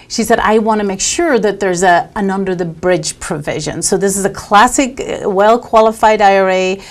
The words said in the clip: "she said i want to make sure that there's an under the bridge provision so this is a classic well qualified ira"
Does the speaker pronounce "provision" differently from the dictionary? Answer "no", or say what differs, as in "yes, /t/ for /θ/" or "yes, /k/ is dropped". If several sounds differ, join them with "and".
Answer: no